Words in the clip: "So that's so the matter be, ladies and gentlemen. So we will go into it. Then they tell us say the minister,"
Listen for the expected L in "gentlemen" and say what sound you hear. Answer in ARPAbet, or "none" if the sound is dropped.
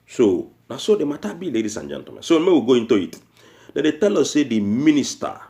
none